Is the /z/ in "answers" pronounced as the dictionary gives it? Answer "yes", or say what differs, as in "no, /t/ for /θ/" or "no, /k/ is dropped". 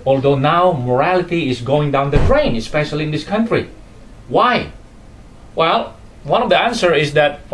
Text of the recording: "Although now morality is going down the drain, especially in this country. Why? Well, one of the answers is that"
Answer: no, /z/ is dropped